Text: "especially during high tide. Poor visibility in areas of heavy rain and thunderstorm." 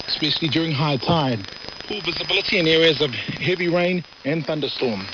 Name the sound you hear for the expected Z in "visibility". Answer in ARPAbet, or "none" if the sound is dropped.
Z